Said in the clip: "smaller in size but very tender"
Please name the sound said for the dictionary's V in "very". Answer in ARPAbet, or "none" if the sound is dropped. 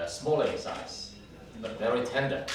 V